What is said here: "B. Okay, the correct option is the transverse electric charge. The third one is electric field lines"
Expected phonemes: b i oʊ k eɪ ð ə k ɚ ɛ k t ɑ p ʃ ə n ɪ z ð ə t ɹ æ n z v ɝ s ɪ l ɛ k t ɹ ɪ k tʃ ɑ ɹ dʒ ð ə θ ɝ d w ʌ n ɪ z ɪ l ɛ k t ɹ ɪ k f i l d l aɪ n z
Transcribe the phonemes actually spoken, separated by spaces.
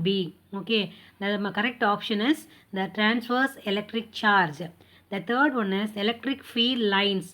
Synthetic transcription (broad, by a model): b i oʊ k eɪ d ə k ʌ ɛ k t ɑ p ʃ ə n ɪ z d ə t ɹ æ n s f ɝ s ɪ l ɛ k t ɹ ɪ k tʃ ɑ ɹ dʒ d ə t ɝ d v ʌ n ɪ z ɪ l ɛ k t ɹ ɪ k f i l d l aɪ n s